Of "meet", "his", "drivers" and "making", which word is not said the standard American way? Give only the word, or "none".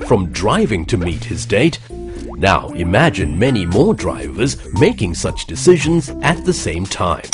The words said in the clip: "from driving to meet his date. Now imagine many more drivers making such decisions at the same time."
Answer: none